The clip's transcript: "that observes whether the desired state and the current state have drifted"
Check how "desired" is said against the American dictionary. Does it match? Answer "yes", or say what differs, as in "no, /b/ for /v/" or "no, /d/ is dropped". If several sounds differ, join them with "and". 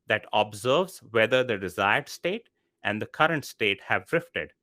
yes